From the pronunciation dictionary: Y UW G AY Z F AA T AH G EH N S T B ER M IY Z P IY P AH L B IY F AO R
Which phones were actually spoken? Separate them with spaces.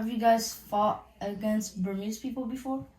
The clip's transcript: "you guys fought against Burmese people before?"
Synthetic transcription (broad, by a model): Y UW G AY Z F AA T AH G EH N S T B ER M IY S P IY P AH L B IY F AO R